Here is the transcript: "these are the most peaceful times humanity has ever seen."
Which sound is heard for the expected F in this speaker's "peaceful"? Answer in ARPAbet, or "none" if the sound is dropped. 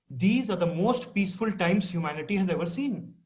F